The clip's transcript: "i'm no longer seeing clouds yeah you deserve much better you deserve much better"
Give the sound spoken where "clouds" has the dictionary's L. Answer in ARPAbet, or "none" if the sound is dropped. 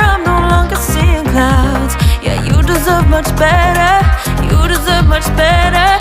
none